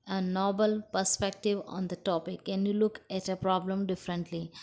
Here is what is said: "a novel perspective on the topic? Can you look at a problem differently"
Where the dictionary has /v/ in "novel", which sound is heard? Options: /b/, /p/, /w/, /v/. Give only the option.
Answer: /b/